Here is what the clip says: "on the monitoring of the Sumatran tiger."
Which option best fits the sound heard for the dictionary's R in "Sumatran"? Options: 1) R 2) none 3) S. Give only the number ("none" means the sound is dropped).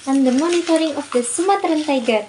1